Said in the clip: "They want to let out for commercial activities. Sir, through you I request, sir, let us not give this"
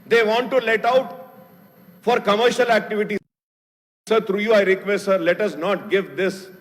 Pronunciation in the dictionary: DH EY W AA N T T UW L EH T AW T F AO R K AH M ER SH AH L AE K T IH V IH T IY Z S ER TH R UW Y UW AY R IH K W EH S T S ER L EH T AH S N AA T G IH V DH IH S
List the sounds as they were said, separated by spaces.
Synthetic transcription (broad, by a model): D EY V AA N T T UW L EH T AW T F AO R K AH M ER SH AH L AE K T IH V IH T IY S ER T R UW Y UW AY R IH K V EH S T S ER L EH T AH S N AA T G IH V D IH S